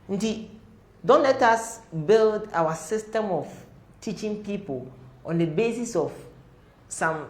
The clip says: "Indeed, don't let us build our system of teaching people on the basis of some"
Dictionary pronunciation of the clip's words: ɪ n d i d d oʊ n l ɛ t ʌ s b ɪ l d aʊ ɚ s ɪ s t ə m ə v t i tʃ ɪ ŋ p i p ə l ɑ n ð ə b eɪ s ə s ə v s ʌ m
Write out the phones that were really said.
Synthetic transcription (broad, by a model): n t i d d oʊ n l ɛ t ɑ s b ɪ l d aʊ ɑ s ɪ s t ə m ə f t i tʃ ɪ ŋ p i p ə l ɑ n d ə b eɪ s ə s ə f s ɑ m